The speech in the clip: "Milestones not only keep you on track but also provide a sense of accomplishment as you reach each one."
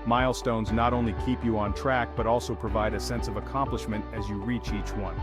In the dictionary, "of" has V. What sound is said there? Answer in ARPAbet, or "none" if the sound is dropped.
V